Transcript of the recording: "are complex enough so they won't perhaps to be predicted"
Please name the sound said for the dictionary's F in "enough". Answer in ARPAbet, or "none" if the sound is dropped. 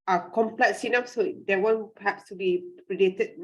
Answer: P